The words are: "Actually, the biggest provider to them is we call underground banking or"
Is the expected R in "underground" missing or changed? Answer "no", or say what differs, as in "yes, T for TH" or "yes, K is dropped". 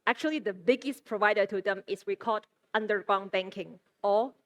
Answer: yes, R is dropped